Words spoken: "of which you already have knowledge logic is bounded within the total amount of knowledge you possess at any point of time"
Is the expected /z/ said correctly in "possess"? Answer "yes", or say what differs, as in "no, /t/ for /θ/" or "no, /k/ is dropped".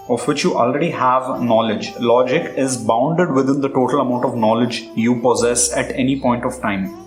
yes